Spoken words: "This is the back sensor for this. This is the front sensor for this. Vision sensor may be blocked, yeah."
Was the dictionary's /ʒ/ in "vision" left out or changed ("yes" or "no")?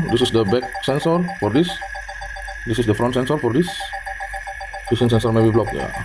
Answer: yes